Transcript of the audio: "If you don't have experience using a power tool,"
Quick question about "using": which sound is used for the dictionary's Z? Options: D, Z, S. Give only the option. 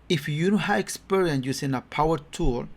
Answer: S